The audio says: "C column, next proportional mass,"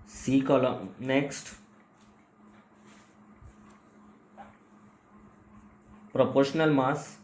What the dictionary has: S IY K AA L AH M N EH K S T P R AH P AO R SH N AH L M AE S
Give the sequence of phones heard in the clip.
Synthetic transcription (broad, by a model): S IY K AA L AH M N EH K S T P R AH P AO R SH N AH L M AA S